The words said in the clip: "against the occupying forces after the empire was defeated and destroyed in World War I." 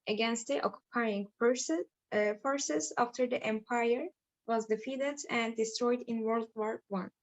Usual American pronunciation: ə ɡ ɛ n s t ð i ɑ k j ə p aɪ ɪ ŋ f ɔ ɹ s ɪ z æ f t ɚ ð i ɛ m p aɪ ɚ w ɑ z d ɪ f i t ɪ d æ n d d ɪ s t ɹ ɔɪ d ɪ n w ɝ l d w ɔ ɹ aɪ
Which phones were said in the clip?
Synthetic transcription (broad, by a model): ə ɡ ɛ n s t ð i ɑ k j ə p aɪ ɪ ŋ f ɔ ɹ s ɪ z æ f t ɚ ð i ɛ m p aɪ ɚ w ɑ z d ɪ f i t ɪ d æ n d d ɪ s t ɹ ɔɪ d ɪ n w ɝ l d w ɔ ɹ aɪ